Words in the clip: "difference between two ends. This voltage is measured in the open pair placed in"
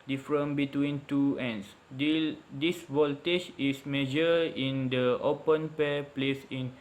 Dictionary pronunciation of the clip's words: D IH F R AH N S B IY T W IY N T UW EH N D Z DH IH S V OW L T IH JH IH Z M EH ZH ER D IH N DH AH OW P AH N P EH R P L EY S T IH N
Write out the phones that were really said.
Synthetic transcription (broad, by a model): D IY F R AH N B IY T W IY N T UW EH N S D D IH S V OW L T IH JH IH S M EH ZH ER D IH N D AH OW P AH N P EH P L EY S IH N